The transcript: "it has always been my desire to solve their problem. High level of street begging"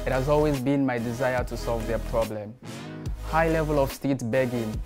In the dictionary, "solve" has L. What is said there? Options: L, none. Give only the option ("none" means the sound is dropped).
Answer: L